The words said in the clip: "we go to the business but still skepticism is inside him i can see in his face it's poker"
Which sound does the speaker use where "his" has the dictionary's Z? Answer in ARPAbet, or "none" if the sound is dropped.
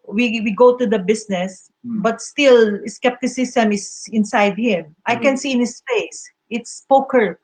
S